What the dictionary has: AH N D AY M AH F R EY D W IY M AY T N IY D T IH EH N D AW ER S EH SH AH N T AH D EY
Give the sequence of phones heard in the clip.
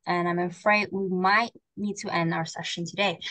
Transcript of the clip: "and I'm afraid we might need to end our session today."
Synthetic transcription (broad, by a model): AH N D AY M AH F R EY D W IY M AY T N IY D T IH EH N D AW ER S EH SH AH N T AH D EY